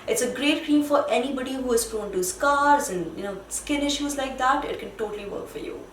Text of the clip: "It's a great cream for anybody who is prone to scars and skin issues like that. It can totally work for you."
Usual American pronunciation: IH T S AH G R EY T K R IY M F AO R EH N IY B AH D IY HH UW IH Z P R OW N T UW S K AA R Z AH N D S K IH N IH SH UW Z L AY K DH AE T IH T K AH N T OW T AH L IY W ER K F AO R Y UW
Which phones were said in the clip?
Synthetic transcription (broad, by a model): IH T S AH G R EY T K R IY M F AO R EH N IY B AH D IY HH UW IH Z F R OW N T UW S K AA R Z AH N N S K IH N IH SH UW Z L AY K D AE T IH T K AH N T OW T AH L IY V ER K F AO R Y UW